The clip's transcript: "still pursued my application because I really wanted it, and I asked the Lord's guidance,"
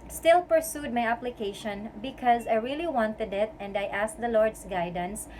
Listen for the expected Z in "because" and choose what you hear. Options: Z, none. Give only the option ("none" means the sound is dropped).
Z